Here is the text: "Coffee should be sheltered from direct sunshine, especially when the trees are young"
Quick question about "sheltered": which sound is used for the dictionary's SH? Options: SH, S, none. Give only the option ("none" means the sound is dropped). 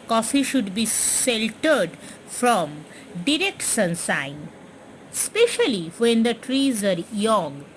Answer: S